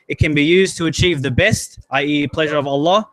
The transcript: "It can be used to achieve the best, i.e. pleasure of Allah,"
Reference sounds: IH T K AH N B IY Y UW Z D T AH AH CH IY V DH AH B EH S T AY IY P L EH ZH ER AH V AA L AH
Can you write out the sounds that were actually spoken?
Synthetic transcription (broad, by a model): IH T K AH N B IY Y UW Z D T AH AH CH IY V DH AH B EH S T AY IY P L EH ZH ER AH V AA L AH